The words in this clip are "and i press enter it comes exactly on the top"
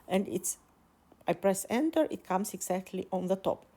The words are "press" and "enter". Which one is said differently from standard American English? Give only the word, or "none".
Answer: none